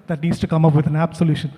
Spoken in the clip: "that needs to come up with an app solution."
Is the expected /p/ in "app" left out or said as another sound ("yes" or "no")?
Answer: yes